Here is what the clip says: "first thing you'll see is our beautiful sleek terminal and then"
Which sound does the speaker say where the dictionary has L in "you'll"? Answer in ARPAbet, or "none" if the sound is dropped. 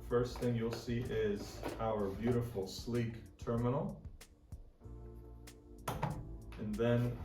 L